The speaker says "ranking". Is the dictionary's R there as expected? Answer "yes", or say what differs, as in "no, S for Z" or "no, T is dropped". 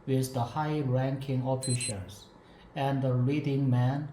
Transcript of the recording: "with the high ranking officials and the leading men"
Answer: yes